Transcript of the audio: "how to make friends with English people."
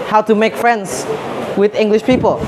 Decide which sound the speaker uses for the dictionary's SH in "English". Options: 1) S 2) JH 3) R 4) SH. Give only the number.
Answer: 4